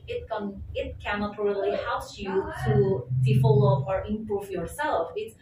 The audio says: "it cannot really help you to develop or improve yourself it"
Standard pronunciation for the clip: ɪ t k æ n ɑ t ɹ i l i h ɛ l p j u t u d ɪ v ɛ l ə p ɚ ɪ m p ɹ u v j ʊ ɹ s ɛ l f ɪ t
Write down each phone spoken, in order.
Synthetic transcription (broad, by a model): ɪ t k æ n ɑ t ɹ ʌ l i h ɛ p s j u t u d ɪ f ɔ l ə ɚ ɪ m p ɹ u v j ʊ ɹ s ɛ l f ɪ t